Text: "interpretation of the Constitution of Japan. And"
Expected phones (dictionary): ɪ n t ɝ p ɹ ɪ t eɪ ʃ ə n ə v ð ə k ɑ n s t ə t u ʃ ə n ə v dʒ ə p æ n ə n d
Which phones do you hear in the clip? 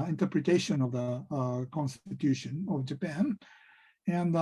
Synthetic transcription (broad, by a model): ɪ n t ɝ p ɹ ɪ t eɪ ʃ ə n ə v ð ə k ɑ n s t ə t u ʃ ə n ə v dʒ ə p æ n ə n